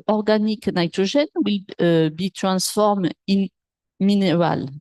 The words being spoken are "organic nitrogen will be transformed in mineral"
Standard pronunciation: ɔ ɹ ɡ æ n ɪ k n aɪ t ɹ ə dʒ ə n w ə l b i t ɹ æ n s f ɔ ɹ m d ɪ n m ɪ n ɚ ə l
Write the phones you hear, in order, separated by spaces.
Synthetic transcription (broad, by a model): ɔ ɹ ɡ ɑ n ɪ k n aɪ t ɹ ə ʒ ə n w ə l b i t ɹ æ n s f ɔ ɹ m ɪ n m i n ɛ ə l